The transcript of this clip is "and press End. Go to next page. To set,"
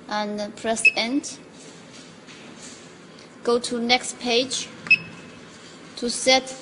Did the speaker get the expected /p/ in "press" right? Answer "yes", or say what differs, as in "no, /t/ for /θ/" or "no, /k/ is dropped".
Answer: yes